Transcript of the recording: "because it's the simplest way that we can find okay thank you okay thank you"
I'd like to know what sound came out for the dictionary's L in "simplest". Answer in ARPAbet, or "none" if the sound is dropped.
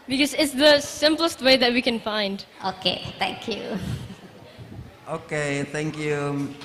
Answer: L